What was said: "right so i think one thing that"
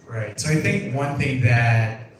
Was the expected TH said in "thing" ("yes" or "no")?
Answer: yes